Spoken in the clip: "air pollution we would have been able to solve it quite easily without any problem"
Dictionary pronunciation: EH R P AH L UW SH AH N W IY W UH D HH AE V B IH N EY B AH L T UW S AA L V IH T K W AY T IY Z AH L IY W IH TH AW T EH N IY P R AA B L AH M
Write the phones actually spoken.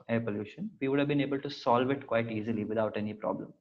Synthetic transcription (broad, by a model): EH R P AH L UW SH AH N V IY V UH D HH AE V B IH N EY B AH L T UW S AA L V IH T K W AY T IY Z AH L IY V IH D AW T EH N IY P R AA B L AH M